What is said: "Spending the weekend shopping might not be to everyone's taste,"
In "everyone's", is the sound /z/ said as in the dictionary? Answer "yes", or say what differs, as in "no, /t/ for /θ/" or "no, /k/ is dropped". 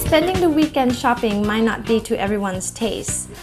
no, /s/ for /z/